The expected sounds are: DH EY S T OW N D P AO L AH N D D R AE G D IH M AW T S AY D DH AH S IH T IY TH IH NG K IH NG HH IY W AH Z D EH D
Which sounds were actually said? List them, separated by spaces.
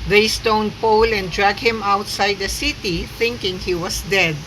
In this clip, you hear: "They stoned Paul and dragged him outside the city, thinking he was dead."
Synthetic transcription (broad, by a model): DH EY S T OW N D P AO L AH N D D R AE G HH IH M AW T S AY D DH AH S IH T IY TH IH NG K IH NG HH IY W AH S D EH D